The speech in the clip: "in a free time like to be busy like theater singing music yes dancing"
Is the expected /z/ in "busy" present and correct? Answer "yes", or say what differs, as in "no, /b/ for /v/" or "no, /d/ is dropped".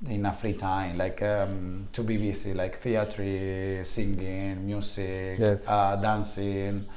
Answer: no, /s/ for /z/